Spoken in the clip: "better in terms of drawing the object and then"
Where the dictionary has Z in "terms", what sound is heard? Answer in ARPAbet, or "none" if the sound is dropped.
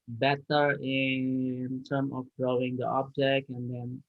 none